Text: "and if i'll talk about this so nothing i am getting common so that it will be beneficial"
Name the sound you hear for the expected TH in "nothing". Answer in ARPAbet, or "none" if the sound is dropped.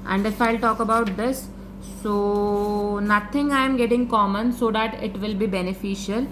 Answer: T